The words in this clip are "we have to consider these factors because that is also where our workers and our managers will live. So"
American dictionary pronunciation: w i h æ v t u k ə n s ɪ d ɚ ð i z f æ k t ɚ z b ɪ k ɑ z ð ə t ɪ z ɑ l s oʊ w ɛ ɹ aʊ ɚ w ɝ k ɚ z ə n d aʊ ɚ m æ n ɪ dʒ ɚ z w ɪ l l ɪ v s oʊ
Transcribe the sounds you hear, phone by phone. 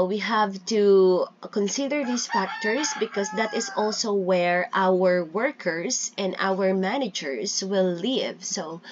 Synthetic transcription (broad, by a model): w i h æ v t u k ə n s ɪ d ɚ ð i s f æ k t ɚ s b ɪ k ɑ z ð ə t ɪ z ɑ l s oʊ w ɛ ɹ aʊ ɚ w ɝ k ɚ s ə n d aʊ ɚ m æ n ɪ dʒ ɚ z w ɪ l l ɪ v s oʊ